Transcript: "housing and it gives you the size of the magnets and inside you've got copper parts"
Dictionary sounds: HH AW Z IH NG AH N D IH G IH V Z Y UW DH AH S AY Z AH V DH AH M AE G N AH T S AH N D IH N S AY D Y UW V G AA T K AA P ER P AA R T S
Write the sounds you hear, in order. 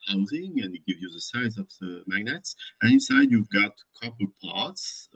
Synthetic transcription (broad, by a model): HH AW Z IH NG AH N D IH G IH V Y UW DH AH S AY Z AH V DH AH M AE G N AH T S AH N IH N S AY D Y UW V G AA T K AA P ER P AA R T S